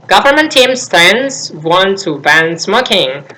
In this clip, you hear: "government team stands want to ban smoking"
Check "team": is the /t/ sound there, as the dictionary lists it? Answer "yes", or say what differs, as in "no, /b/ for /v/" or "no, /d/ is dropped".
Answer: yes